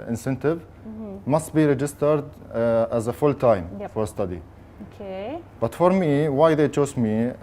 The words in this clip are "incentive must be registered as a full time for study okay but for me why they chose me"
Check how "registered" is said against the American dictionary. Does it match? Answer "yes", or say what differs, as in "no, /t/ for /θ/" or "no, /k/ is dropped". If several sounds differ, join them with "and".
yes